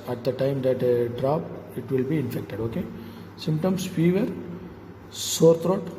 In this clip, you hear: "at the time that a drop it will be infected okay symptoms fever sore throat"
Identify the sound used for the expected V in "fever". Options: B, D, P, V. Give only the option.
V